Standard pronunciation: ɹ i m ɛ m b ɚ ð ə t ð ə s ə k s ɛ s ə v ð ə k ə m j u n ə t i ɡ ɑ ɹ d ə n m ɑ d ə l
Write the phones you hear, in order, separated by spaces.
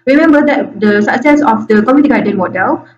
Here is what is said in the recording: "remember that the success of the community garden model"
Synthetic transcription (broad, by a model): ɹ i m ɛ m b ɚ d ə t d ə s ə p s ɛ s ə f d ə k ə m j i ə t i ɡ ɑ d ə n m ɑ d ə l